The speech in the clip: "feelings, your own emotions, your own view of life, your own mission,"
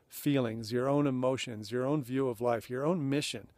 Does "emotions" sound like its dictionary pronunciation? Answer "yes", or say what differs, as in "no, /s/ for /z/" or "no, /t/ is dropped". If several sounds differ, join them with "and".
yes